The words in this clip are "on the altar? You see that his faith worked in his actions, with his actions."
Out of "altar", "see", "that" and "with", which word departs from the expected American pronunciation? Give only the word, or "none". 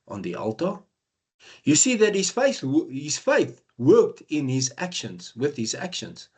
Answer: none